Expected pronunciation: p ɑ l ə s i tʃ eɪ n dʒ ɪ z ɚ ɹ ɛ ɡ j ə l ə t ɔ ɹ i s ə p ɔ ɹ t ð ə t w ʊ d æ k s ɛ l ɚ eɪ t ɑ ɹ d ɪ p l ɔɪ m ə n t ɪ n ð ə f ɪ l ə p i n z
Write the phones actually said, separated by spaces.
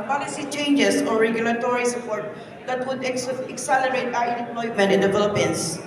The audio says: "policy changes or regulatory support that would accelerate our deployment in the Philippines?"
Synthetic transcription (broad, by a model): p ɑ l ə s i tʃ eɪ n dʒ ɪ s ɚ ɹ ɛ ɡ j ə l ə t ɔ ɹ i s ə p ɔ ɹ t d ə t w ʊ d æ k s ɛ l ɚ eɪ t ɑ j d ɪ p l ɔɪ m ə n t ɪ n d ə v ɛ l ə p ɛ n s